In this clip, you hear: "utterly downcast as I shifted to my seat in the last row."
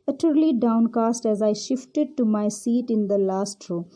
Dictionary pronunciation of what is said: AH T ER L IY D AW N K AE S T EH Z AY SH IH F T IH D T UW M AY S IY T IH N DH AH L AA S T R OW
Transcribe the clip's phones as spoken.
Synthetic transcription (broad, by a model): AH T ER L IY D AW N K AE S T EH Z AY SH IH F T IH D T UW M AY S IY T IH N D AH L AA S T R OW